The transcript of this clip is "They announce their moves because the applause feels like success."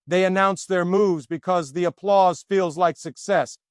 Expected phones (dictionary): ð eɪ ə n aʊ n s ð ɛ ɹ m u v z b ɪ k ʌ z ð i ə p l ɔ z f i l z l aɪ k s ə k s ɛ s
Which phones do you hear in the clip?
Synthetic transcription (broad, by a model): ð eɪ ə n aʊ n s ð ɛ ɹ m u v z b ɪ k ʌ z ð i ə p l ɔ z f i l z l aɪ k s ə k s ɛ s